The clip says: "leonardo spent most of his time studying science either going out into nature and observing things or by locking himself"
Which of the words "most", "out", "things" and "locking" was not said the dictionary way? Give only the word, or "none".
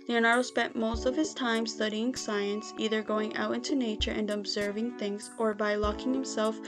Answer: none